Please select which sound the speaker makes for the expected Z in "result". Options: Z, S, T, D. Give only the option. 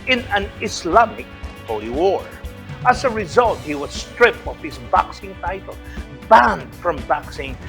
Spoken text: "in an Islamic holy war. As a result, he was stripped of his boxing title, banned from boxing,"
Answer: Z